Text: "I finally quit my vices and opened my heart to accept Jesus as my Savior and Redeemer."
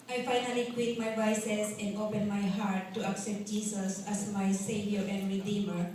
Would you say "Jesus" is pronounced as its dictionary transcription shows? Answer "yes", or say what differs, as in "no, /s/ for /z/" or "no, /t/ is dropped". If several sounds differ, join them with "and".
no, /s/ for /z/